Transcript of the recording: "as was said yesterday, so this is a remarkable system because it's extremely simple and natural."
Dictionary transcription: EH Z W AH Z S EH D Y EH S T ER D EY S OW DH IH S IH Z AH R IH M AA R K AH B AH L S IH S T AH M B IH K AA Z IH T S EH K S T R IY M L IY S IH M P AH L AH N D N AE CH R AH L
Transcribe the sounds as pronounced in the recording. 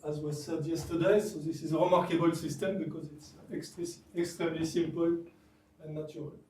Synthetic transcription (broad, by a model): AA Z W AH S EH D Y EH S T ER D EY S OW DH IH S IH Z AH R IH M AA R K AH B AH L S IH S T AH M B IH K AA Z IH T S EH K S T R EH M L IY S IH M P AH L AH N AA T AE R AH L